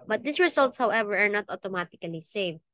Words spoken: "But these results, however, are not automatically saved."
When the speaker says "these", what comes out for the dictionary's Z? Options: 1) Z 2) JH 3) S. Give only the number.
3